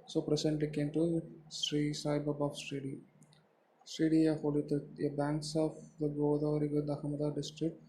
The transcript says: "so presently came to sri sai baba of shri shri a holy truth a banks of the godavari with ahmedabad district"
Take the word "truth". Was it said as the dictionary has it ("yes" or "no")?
no